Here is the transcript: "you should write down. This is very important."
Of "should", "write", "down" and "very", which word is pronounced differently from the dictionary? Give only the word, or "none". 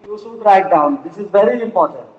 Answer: should